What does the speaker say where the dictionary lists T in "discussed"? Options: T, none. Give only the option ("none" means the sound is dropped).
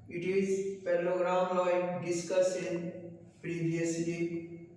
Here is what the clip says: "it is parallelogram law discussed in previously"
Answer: none